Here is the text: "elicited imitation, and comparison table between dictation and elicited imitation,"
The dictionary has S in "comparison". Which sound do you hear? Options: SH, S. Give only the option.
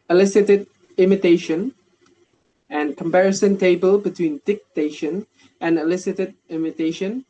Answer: S